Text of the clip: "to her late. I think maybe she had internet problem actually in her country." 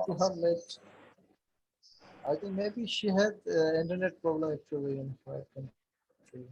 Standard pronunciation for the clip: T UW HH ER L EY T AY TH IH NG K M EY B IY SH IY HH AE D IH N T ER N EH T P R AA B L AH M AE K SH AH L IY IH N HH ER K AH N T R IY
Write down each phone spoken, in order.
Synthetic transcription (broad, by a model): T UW HH ER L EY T AY T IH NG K M EY B IY SH IY HH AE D IH N T ER N EH T P R AA B L AH M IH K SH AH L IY IH N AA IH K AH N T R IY